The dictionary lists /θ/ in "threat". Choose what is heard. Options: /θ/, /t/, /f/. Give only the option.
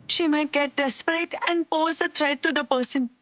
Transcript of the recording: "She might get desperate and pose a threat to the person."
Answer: /t/